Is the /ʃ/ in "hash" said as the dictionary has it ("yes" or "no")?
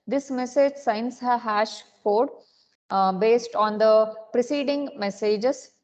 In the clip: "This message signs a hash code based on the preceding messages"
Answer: yes